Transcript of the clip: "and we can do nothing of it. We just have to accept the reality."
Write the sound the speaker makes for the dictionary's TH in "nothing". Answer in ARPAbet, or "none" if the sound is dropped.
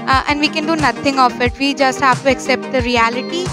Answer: T